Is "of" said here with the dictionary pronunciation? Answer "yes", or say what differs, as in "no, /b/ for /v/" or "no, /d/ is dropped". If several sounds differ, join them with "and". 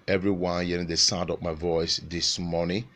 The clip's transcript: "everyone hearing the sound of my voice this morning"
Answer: no, /p/ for /v/